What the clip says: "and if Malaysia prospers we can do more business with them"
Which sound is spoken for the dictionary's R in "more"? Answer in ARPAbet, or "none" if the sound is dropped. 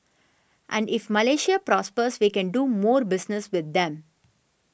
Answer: R